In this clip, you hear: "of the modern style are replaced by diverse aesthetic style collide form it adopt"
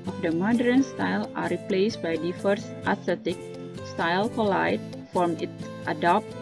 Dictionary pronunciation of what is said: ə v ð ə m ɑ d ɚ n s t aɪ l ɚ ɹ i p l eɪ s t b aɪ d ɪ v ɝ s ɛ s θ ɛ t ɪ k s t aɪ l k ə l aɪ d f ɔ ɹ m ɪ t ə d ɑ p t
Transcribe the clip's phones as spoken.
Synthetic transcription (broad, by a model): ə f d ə m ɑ d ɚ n s t aɪ l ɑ ɹ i p l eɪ s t b aɪ d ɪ f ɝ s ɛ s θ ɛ t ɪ k s t aɪ l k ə l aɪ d f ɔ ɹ m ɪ t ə d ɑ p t